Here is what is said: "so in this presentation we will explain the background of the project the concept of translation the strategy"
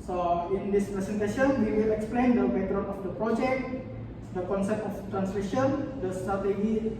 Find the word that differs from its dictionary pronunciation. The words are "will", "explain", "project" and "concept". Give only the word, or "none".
none